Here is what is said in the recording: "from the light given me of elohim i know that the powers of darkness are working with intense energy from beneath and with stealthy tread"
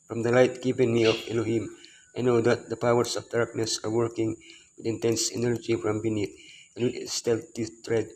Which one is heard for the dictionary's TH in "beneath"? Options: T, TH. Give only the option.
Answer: T